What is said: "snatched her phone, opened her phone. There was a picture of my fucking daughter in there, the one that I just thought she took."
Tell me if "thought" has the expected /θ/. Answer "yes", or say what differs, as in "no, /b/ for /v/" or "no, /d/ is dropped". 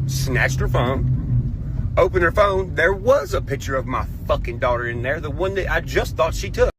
yes